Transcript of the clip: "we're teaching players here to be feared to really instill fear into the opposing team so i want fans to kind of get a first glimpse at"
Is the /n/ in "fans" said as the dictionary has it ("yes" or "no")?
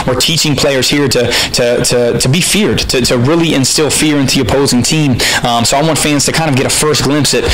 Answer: yes